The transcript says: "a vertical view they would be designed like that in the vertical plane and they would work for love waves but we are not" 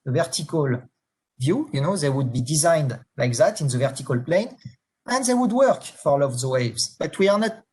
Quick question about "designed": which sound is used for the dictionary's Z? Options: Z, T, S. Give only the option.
Z